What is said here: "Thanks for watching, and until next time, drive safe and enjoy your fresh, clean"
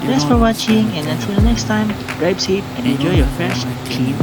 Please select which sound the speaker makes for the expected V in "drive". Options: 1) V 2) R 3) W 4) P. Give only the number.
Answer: 4